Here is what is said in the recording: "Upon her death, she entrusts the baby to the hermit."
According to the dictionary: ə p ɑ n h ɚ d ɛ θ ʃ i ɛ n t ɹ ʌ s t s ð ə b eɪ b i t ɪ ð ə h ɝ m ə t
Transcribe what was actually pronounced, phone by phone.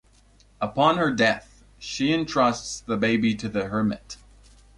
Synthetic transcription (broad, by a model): ə p ɑ n ɚ d ɛ θ ʃ i ɛ n t ɹ ʌ s t s ð ə b eɪ b i t ɪ ð ə h ɝ m ə t